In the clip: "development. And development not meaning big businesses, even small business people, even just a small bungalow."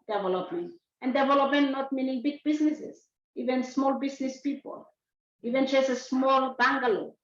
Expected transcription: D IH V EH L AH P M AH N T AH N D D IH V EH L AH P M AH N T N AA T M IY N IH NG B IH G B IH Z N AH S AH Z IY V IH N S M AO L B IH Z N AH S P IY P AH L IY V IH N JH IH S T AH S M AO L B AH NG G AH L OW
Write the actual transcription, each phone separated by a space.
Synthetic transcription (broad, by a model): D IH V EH L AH P M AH N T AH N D D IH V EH L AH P M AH N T N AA T M IY N IH NG B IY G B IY S N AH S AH S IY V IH N S M AO L B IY S N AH S P IY P AH L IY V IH N CH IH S AH S M AO L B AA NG G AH L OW